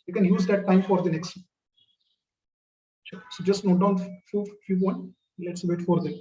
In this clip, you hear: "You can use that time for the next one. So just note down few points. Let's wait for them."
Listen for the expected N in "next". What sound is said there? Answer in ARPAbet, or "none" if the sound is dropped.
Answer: N